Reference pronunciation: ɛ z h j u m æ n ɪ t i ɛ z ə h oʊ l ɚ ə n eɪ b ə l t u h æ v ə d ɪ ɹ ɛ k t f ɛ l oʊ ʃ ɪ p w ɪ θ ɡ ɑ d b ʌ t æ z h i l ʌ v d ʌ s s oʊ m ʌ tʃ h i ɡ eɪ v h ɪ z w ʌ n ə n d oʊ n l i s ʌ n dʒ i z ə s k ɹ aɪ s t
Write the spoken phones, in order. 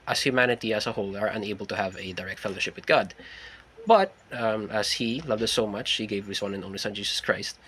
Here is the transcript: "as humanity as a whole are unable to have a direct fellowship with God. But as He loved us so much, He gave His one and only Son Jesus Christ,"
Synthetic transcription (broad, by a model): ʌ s h j u m æ n ɪ t i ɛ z ə h oʊ l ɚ ə n eɪ b ə l t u h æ v ə d ɪ ɹ ɛ k t f ɛ l oʊ ʃ ɪ p w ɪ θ ɡ ɑ d b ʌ t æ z h i l ʌ v d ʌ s s oʊ m ʌ tʃ h i ɡ eɪ v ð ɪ s w ʌ n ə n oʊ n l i s ʌ n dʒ i s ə s k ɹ aɪ s t